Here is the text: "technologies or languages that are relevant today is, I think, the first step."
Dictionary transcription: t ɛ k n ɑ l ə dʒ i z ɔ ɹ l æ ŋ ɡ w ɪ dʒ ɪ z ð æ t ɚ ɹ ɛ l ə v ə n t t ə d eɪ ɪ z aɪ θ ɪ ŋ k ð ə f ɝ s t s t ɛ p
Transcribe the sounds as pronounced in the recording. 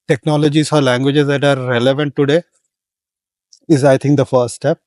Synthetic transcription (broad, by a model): t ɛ k n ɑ l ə dʒ i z ɔ ɹ l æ ŋ ɡ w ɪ dʒ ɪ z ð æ t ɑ ɹ ɛ l ə v ə n t t ə d eɪ ɪ z aɪ t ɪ ŋ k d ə f ɝ s t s t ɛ p